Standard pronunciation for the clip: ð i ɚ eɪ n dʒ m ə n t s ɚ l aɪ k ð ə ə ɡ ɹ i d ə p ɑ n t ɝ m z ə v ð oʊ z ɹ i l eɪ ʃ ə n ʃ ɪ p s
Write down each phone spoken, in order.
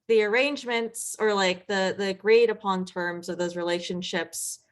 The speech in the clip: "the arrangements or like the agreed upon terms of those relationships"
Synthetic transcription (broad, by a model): ð i ɚ eɪ n dʒ m ə n t s ɚ l aɪ k ð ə ə ɡ ɹ i d ə p ɑ n t ɝ m z ə v ð oʊ z ɹ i l eɪ ʃ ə n ʃ ɪ p s